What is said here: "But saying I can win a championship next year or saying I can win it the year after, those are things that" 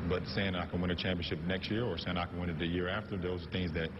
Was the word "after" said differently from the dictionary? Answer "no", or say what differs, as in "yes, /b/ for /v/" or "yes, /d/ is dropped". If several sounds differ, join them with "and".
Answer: no